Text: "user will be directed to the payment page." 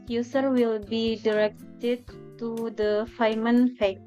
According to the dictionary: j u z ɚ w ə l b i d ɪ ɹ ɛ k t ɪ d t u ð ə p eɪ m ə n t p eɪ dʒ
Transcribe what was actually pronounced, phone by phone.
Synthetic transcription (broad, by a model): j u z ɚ w ə l b i d ɪ ɹ ɛ k t ɪ d t u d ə f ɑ m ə n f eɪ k